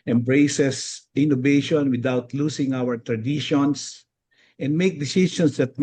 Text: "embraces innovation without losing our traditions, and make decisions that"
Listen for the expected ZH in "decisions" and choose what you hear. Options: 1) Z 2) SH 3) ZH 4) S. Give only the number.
4